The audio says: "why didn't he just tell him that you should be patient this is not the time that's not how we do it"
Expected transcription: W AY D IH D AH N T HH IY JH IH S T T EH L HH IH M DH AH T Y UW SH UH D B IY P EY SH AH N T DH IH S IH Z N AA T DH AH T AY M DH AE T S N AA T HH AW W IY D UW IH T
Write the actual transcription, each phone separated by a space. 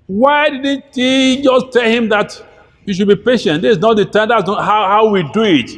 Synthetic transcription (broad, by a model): W AY D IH D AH N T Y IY JH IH S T T EH L HH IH M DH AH T Y UW SH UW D B IY P EY SH AH N T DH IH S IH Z N AA T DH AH T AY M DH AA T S N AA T HH AW W IY D UW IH T